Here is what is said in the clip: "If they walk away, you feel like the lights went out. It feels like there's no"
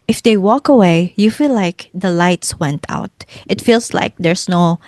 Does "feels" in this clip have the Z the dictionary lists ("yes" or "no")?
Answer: no